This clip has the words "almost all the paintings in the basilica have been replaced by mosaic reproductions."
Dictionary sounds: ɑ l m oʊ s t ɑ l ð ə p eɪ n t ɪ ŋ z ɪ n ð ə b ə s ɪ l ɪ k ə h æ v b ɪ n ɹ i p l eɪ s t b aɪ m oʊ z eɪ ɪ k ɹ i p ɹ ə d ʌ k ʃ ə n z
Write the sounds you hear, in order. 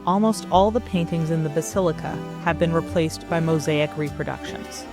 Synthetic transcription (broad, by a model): ɑ l m oʊ s t ɑ l ð ə p eɪ n t ɪ ŋ z ɪ n ð ə b ə s ɪ l ɪ k ə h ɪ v b ɪ n ɹ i p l eɪ s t b aɪ m oʊ z eɪ ɪ k ɹ i p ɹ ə d ʌ k ʃ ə n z